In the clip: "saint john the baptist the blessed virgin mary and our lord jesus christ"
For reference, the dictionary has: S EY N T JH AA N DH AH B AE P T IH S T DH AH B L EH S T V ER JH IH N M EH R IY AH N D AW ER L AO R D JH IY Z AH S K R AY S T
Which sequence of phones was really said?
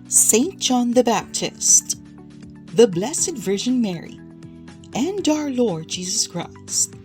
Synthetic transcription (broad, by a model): S EY N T JH AA N DH AH B AE P T IH S T DH AH B L EH S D V ER ZH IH N M EH R IY AH N D AW ER L AO R D JH IY Z AH S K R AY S